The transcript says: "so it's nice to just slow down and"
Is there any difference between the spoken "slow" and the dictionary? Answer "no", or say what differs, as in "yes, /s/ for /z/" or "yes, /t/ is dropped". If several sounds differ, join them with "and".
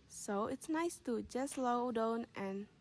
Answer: no